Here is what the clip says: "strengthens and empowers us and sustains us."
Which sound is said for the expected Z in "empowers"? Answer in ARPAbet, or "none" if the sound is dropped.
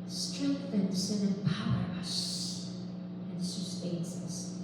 none